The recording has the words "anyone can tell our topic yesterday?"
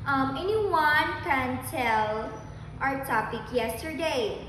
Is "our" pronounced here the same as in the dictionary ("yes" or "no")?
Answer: yes